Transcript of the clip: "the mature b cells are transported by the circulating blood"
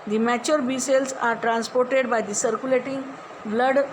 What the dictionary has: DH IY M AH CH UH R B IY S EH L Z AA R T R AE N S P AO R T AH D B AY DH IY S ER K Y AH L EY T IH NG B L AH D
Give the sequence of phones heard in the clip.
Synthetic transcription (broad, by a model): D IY M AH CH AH R B IY S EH L S AA R T R AE N S P AO R T AH D B AY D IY S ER K Y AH L EY T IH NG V L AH D